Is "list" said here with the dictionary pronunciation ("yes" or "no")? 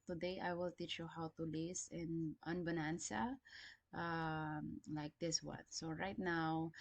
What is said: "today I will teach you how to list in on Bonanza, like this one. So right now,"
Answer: no